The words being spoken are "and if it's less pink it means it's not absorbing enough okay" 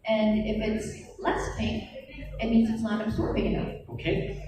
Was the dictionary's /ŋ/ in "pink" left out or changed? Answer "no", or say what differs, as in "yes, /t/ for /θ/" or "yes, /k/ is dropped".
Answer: yes, /ŋ/ is dropped